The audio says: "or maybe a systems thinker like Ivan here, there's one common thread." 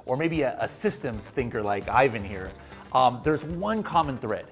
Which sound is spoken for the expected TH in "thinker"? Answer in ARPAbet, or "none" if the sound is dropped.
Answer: TH